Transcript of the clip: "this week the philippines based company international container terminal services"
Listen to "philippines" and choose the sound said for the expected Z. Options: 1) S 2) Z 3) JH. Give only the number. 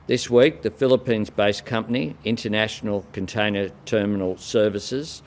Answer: 2